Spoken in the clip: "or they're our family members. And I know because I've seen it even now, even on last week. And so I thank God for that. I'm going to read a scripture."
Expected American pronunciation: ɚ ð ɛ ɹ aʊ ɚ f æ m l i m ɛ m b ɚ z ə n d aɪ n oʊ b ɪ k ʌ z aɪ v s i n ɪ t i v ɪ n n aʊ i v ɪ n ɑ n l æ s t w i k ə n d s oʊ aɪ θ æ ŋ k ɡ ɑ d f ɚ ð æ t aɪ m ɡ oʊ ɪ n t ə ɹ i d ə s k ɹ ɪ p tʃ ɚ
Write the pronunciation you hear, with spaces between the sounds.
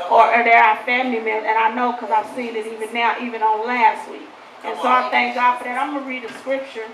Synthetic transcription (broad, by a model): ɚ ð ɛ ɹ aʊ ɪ f æ m l i m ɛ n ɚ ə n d aɪ n oʊ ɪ k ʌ z aɪ v s i n ɪ t i v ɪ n n aʊ i v ɪ n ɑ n l æ s t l i ə n s oʊ aɪ θ æ ŋ k ɡ ɑ d f ɚ ð æ t aɪ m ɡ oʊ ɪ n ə ɹ i d ə s k ɹ ɪ p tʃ ɚ